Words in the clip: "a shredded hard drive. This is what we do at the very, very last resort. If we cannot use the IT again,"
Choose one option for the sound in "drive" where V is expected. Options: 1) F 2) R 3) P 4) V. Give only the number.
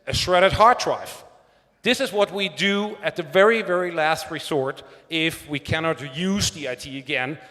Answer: 1